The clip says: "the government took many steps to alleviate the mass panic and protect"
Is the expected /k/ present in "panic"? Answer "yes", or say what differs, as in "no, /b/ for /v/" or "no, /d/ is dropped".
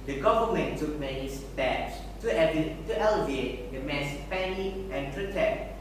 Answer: no, /k/ is dropped